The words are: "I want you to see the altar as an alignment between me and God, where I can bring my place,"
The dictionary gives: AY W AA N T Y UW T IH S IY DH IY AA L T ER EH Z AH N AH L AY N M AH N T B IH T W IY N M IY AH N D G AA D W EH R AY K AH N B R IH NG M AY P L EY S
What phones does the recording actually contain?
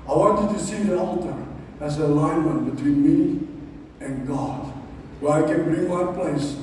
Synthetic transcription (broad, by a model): AY W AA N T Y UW T IH S IY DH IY AA L T ER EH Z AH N AH L AY N M AH N T B IH T W IY N M IY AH N G AA D W EH R AY K AH N B R IH NG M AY P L EY S